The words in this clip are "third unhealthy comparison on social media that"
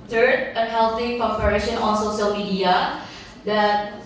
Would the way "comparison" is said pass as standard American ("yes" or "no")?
no